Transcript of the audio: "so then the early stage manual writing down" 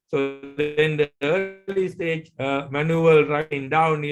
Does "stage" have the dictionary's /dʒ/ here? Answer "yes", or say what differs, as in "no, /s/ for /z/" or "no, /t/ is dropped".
yes